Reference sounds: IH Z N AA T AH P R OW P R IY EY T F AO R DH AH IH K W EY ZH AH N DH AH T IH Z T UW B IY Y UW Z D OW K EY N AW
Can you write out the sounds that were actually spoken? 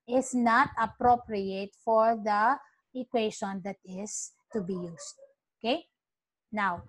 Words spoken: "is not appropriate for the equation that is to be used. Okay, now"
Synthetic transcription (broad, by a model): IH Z N AA T AH P R OW P R IY EY T F AO R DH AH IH K W EY SH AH N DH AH T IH S T UW B IY Y UW S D OW K EY N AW